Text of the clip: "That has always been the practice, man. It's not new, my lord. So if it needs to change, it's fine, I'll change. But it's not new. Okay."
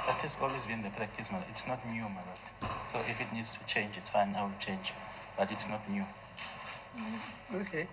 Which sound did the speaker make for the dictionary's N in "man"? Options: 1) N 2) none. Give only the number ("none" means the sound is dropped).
2